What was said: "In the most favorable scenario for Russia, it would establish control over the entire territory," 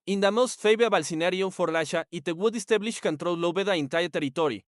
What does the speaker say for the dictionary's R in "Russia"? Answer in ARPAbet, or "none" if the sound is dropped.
L